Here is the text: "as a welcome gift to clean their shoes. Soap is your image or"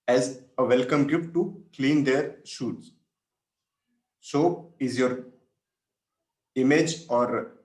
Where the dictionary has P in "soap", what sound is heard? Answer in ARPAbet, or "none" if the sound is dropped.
none